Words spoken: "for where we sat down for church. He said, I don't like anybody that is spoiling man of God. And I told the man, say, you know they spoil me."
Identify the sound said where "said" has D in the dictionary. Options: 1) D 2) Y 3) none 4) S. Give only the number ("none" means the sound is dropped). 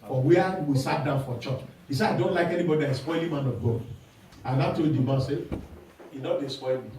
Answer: 3